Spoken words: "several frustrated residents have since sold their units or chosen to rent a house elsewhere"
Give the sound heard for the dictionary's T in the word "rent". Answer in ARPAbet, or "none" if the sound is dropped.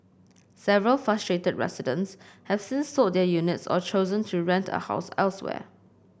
T